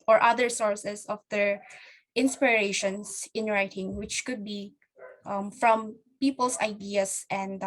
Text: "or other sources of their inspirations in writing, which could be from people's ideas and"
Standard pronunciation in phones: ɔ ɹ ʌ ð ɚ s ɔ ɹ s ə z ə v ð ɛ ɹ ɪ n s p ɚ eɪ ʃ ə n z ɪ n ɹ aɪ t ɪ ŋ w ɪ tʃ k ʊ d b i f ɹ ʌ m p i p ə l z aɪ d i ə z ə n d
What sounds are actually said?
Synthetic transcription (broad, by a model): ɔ ɹ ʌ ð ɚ s ɔ ɹ s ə s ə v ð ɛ ɹ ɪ n s p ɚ eɪ ʃ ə n s ɪ n ɹ aɪ t ɪ ŋ w ɪ tʃ k ʊ d b i f ɹ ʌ m p i p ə l s aɪ d i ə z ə n d